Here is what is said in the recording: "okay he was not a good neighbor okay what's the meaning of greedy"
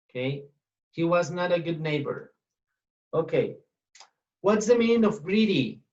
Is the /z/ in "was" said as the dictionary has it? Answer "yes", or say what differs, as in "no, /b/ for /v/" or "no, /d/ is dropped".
yes